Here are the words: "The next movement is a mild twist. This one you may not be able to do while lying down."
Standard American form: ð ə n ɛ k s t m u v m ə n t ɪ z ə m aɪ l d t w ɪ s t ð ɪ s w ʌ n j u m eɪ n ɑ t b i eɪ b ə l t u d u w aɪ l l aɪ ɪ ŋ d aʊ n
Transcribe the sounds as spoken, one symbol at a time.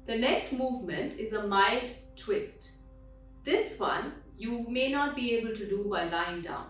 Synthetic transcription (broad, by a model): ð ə n ɛ k s t m u v m ə n t ɪ z ə m aɪ l d t w ɪ s t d ɪ s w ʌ n j u m eɪ n ɑ t b i eɪ b ə l t u d u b aɪ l l aɪ ɪ ŋ d aʊ n